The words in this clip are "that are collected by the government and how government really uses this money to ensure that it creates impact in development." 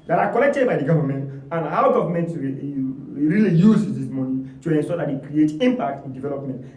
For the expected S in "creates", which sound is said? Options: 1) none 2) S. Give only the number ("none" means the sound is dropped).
1